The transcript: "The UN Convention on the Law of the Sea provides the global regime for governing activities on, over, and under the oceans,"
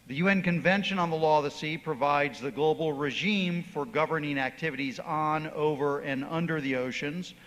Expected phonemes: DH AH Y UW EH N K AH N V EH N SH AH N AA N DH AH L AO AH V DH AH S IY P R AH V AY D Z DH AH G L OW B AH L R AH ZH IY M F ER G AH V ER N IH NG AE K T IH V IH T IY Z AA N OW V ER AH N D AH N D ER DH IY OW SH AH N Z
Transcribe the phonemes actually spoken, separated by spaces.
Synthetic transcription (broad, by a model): DH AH Y UW EH N K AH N V EH N SH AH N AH N DH AH L AO AH V DH AH S IY P R AH V AY D Z DH AH G L OW B L R AH ZH IY M F ER G AH V ER N IH NG AE K T IH V IH T IY Z N OW V ER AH N AH N D ER DH IY OW SH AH N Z